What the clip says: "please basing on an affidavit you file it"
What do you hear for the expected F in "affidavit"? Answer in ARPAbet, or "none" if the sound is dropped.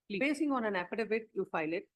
P